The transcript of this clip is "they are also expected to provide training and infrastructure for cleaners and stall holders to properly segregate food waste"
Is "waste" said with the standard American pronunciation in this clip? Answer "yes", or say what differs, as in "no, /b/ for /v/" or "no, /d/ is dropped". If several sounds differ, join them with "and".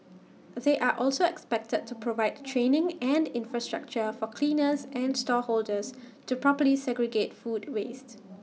yes